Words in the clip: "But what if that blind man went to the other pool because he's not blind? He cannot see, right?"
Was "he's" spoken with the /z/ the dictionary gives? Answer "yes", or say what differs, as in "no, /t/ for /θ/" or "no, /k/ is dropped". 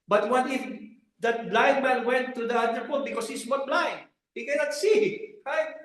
no, /s/ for /z/